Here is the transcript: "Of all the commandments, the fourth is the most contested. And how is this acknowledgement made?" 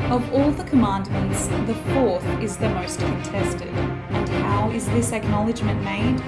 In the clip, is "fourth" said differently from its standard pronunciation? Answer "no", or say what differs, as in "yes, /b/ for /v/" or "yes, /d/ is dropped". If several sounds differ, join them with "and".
no